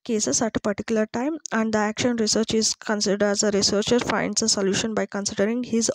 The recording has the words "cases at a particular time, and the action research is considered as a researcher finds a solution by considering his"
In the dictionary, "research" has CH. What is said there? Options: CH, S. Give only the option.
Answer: CH